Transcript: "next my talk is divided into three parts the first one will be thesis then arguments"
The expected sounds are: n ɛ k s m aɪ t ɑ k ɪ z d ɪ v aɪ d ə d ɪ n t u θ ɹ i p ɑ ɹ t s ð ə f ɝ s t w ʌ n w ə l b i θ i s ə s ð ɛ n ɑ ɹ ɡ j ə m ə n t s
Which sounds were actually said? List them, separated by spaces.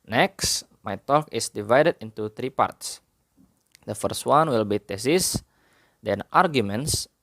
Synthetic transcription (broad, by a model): n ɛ k s m aɪ t ɑ k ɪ s d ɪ v aɪ d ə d ɪ n t u t ɹ i p ɑ ɹ t s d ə f ɝ s t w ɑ n w ə l b i t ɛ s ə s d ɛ n ɑ ɹ ɡ j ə m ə n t s